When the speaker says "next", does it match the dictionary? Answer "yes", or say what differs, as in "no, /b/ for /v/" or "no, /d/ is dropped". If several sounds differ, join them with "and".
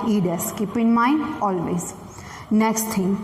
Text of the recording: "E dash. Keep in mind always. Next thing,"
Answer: yes